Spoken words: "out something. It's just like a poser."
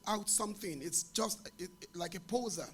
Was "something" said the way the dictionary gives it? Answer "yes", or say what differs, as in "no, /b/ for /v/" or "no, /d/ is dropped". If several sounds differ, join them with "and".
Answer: yes